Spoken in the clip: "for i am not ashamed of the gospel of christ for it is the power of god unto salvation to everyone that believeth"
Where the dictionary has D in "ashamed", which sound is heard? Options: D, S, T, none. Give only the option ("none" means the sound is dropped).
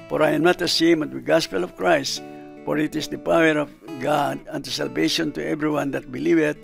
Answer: none